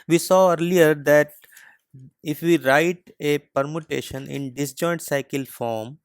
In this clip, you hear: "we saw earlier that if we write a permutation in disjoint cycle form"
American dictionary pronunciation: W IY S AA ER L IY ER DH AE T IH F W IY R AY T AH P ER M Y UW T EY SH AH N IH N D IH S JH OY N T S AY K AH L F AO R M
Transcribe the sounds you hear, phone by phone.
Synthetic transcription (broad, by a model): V IY S AA ER L IY ER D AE T IH F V IY R AY T AH P ER M Y UW T EY SH AH N IH N D IH S JH OY N T S AY K AH L F AO R M